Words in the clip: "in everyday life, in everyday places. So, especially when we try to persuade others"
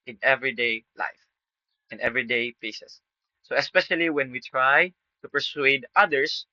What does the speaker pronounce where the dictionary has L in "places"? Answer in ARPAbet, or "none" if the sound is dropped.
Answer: none